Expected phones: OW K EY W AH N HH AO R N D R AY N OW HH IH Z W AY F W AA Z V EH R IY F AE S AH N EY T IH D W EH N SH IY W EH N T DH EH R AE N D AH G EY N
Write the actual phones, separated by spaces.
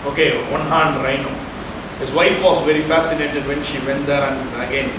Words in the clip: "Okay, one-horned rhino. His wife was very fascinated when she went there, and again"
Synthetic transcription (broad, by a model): OW K EY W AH N HH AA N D R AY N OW HH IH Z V AY F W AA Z V EH R IY F AE S AH N EY T IH D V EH N SH IY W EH N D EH R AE N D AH G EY N